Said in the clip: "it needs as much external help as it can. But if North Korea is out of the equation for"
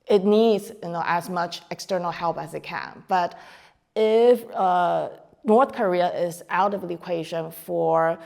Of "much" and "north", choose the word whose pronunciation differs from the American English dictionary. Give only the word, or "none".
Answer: none